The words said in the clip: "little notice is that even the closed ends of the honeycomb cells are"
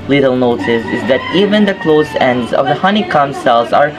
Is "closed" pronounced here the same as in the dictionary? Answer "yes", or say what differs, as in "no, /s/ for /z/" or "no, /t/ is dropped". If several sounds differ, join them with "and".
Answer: no, /d/ is dropped